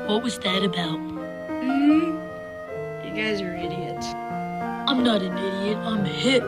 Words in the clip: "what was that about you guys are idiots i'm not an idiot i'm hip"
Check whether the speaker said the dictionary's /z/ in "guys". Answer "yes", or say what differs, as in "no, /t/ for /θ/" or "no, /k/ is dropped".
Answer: yes